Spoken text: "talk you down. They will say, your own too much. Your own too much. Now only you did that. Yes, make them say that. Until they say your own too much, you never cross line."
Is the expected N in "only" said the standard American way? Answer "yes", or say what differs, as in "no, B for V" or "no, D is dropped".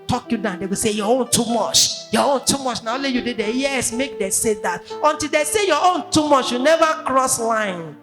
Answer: no, N is dropped